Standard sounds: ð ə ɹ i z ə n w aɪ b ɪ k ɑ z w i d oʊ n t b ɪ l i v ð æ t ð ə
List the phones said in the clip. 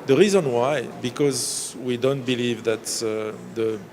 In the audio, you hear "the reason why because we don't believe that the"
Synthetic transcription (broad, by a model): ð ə ɹ i z ə n w aɪ b ɪ k ɑ z w i d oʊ n t b ɪ l i v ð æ t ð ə